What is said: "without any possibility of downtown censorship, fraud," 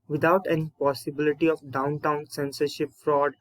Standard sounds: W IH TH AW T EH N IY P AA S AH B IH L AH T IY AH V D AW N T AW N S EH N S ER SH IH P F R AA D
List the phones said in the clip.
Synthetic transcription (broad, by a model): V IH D AW T EH N IY P AA S AH B IH L AH T IY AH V D AW N T AW N S EH N S ER SH IH P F R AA D